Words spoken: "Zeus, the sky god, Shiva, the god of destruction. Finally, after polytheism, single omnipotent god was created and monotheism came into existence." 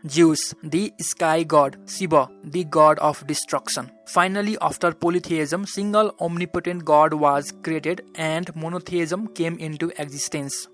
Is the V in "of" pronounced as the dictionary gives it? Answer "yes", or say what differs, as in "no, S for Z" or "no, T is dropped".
no, P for V